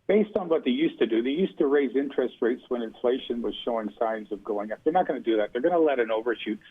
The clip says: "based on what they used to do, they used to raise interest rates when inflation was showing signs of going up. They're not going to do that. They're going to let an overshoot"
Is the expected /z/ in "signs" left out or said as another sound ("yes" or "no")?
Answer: no